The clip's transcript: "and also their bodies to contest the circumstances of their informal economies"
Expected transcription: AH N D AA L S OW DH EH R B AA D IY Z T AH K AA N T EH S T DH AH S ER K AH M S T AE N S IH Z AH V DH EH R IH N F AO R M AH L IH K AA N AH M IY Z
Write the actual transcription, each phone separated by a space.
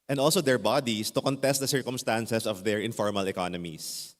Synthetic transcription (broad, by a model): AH N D AA L S OW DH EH R B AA D IY S T AH K AA N T EH S T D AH S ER K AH M S T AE N S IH S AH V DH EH R IH N F AO R M AH L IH K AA N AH M IY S